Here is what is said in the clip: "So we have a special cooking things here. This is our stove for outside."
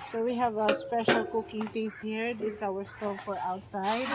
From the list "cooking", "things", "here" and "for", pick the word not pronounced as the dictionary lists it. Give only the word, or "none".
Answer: things